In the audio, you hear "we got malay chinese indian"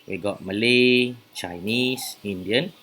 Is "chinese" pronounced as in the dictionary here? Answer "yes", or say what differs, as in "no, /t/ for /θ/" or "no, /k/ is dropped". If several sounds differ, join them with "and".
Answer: no, /s/ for /z/